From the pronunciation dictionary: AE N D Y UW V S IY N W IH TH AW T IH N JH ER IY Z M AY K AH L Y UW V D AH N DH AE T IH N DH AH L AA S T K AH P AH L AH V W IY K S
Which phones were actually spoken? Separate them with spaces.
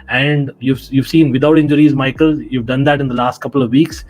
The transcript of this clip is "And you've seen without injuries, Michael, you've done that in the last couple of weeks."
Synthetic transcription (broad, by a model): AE N D Y UW V S IY N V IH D AW T IH N JH ER IY Z M AY K AH L Y UW V D AH N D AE T IH N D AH L AA S T K AH P AH L AH V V IY K S